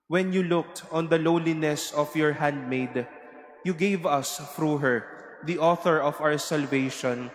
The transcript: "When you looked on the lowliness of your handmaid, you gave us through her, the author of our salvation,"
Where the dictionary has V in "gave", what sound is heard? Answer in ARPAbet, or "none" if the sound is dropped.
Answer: V